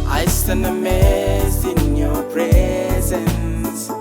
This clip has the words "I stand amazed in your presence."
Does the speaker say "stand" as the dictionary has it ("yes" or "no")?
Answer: no